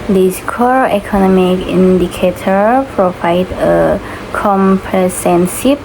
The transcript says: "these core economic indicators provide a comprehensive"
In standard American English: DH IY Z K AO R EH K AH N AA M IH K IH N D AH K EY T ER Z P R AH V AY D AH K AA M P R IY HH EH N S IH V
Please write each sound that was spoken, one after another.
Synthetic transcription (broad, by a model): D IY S K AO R EH K AH N AA M IH K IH N D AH K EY T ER P R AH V AY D AH K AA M P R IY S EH N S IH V